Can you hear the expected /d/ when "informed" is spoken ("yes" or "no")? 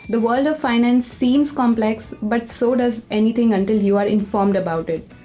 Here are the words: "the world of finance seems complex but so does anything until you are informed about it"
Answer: yes